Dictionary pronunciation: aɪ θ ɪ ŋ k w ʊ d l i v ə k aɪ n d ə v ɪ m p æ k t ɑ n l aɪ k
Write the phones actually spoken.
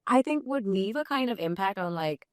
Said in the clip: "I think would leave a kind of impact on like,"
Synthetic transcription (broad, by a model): aɪ θ ɪ ŋ k w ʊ d n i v ə k aɪ n d ə v ɪ m p æ k t n l aɪ k